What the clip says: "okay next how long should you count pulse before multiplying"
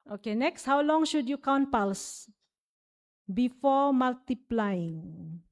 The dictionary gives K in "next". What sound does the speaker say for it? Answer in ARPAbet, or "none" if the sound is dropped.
K